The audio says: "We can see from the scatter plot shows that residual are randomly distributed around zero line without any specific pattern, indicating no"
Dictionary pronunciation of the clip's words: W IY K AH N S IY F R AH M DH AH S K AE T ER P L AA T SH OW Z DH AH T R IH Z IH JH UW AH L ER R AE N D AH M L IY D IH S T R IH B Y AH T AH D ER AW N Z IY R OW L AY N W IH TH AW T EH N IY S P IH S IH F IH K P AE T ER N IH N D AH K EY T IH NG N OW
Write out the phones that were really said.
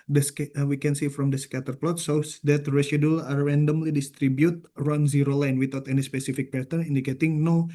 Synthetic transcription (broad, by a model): W IY K AH N S IY F R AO M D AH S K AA T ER P L AA T S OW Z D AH T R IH S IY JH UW L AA R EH N D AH M L IY D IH S T R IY B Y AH T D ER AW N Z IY R OW L AY N W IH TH AW T EH N IY S P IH S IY F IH K P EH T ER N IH N D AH K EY T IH NG N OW